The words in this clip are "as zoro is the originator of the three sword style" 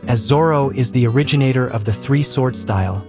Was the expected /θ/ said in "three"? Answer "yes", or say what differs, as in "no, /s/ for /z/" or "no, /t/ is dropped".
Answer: yes